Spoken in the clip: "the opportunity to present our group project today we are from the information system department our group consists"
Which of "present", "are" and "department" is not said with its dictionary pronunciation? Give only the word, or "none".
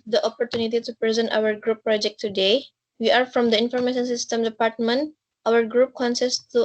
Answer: none